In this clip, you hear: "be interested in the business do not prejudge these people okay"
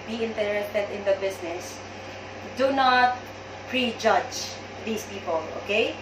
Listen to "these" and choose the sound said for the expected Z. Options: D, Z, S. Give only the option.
S